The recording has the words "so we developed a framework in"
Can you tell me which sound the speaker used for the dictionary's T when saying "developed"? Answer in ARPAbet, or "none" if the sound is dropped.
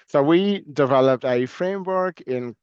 T